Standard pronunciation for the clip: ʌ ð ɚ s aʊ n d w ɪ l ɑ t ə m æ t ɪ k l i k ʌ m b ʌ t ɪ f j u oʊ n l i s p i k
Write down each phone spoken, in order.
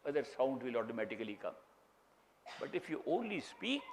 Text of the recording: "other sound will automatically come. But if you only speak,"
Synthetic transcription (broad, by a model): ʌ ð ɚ s aʊ n d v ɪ l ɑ t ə m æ t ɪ k l i k ʌ m b ʌ t ɪ f j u oʊ n l i s p i k